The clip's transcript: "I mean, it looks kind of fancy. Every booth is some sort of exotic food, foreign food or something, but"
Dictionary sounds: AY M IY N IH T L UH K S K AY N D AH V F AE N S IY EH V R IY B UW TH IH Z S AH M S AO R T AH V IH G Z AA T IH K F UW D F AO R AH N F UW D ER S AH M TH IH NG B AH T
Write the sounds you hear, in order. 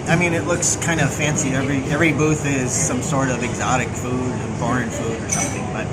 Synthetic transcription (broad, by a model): AY M IY N IH T L UH K S K AY N D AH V F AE N S IY EH V R IY B UW TH IH Z S AH M S AO R T AH V IH G Z AA T IH K F UW D F AO R AH N F UW D ER S AH M TH IH NG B AH T